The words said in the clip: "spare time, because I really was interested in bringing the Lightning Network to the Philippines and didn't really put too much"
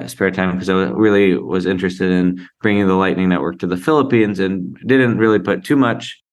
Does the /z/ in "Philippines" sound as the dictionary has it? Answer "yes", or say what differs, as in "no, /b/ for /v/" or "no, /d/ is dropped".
yes